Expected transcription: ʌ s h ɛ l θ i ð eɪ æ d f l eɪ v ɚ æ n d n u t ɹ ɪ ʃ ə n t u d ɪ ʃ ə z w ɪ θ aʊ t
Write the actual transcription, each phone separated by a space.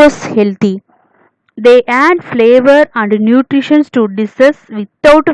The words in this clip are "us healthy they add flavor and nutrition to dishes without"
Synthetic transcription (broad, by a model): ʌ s h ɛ l t i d eɪ æ d f l eɪ v ɚ æ n d n u t ɹ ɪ ʃ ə n t u d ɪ s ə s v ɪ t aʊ t